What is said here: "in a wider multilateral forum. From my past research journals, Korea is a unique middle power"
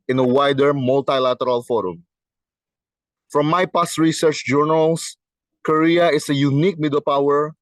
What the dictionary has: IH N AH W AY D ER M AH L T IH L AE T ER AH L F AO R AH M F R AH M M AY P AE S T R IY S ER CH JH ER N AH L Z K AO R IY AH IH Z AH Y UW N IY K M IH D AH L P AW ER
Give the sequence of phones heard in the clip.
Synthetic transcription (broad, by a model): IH N AH W AY D ER M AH L T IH L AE T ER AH L F AO R AH M F R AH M M AY P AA S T R IY S ER CH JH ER N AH L S K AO R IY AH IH S AH Y UW N IY K M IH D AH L P AW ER